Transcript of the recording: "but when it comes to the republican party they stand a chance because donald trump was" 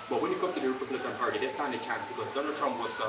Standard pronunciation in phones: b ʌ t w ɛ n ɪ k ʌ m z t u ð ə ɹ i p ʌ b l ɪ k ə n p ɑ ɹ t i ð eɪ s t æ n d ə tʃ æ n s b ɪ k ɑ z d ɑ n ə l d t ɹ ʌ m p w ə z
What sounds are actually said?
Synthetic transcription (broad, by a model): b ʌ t w ɛ n ɪ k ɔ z t u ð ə ɹ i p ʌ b l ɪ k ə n p ɑ ɹ t i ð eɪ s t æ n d ə tʃ æ n s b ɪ k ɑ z d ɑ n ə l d t ɹ ʌ m p w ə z